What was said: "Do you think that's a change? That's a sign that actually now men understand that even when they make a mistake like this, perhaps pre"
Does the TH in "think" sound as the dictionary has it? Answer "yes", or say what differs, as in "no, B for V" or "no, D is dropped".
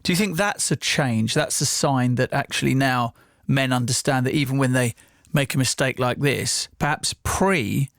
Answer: yes